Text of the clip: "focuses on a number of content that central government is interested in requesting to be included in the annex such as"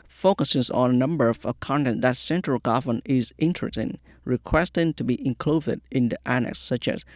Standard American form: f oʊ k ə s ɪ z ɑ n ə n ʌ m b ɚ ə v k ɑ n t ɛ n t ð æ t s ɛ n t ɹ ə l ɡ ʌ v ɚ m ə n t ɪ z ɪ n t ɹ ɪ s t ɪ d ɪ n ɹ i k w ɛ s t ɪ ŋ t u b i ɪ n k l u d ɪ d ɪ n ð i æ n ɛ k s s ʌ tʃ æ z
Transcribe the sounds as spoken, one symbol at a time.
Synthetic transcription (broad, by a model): f oʊ k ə s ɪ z ɑ n ə n ʌ m b ɚ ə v k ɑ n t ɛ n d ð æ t s ɛ n t ɹ ə l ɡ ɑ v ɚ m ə n ɪ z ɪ n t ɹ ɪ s t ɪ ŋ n ɹ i k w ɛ s t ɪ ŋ t u b i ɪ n k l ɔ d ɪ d ɪ n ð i æ n ɛ k s s ʌ tʃ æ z